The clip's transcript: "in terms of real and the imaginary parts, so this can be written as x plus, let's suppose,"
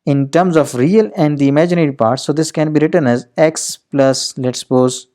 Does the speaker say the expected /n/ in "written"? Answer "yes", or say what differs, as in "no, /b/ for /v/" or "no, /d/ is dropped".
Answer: yes